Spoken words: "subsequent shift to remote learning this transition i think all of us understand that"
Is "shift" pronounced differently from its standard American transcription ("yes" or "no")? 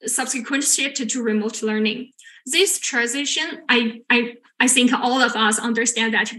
yes